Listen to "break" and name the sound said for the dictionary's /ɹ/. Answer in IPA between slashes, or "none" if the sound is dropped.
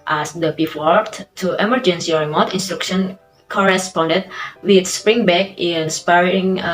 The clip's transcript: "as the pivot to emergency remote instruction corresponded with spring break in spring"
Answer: none